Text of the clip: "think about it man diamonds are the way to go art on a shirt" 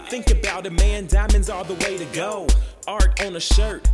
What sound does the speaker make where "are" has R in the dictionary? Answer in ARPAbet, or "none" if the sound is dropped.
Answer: L